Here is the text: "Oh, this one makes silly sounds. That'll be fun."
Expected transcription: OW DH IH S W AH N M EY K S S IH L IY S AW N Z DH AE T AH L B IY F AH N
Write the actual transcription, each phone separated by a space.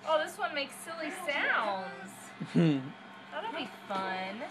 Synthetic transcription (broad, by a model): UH DH IH S W AH N M EY K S S IH L IY S AW N Z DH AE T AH N B IY F AH N